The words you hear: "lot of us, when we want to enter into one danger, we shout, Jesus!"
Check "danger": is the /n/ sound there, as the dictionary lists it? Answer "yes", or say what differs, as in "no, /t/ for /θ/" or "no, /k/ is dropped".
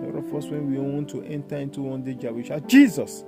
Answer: no, /n/ is dropped